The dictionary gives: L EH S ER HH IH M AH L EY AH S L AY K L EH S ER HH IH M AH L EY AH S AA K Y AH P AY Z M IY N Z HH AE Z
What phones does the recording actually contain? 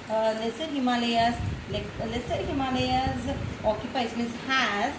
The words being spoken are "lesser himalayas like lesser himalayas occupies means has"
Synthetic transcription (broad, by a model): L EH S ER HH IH M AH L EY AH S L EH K L EH S ER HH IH M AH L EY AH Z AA K Y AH P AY S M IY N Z HH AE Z